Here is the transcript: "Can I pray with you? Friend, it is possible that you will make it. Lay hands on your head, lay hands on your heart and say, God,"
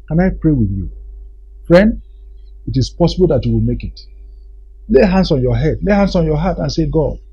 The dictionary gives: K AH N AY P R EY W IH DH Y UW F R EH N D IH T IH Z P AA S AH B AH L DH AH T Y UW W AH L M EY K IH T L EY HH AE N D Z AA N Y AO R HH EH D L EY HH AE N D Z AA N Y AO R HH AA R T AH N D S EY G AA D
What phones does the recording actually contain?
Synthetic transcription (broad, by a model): K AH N AY P R EY W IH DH Y UW F R EH N D IH T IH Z P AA S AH B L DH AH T Y UW W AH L M EY K IH T L EY HH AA N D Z AA N Y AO HH EH D L EY HH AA N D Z AA N Y AO HH AA T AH N S EY G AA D